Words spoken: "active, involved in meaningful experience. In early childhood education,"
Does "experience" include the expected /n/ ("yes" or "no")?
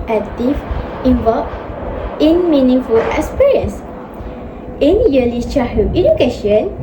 no